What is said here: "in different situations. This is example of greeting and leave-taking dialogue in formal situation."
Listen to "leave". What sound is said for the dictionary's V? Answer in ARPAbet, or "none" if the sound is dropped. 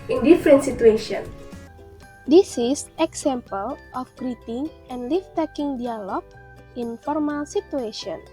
F